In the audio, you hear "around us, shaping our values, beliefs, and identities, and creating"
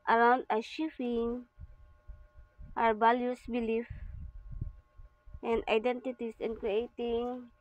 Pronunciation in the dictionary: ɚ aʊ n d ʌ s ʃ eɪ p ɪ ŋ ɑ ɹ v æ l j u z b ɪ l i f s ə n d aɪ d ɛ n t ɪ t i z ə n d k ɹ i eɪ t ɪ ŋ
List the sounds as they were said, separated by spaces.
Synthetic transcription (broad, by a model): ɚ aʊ n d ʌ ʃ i f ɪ ŋ ɑ ɹ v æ l j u s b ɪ l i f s ə n d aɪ d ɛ n t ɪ t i s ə n k ɹ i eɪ t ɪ ŋ